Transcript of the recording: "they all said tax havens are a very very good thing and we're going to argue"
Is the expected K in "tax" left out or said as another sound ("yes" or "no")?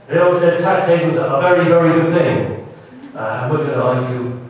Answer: no